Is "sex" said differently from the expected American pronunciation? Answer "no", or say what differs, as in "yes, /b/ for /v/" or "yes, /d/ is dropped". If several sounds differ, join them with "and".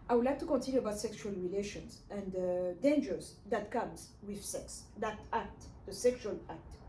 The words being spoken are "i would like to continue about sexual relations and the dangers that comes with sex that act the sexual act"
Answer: no